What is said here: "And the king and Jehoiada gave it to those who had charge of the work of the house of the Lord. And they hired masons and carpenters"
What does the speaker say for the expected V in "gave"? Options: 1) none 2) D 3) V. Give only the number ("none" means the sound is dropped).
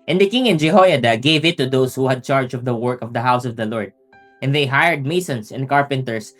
3